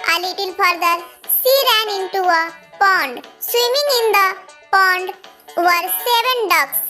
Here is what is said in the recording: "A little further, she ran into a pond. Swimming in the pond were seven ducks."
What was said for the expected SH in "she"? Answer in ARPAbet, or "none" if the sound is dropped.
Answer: S